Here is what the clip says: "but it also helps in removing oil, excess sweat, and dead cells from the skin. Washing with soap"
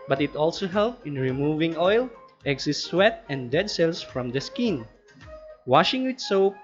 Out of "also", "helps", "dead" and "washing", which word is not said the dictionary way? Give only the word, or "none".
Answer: helps